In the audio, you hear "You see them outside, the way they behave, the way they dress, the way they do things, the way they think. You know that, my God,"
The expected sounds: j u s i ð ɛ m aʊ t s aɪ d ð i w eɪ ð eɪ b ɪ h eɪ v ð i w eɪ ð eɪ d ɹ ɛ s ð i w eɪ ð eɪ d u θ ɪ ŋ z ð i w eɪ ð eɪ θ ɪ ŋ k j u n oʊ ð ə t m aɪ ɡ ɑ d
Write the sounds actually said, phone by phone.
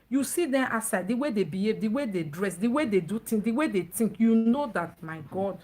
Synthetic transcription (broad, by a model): j u s i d ɛ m t s aɪ d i w eɪ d eɪ b ɪ h eɪ v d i w eɪ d eɪ d ɹ ɛ s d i w eɪ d eɪ d u t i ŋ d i w eɪ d eɪ t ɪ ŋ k j u n oʊ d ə t m aɪ ɡ ɑ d